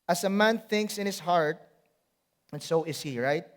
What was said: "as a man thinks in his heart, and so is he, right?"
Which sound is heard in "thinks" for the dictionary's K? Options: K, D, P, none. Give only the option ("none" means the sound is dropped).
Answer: K